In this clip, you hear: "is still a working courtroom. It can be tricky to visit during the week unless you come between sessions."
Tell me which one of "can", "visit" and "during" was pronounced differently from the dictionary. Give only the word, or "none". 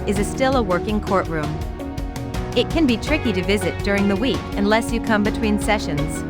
none